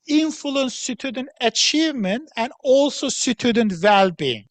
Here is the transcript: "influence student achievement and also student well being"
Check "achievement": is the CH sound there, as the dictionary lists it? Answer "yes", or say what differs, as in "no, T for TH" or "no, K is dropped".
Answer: yes